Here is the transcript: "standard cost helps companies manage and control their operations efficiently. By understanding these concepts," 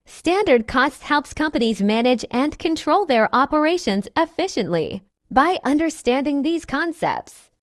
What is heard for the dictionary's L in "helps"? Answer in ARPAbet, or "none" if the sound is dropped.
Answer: L